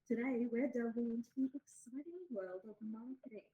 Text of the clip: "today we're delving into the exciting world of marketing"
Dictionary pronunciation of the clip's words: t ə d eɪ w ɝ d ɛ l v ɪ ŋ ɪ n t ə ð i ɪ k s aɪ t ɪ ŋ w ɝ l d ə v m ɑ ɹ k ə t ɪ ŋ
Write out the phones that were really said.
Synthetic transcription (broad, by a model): t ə d eɪ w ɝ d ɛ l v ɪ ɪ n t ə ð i ɪ k s aɪ t ɪ ŋ w ɝ l d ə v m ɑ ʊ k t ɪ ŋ